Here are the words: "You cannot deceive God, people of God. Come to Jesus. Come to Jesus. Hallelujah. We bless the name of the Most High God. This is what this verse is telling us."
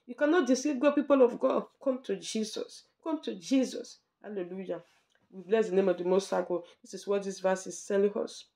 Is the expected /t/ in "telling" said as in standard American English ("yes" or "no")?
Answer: no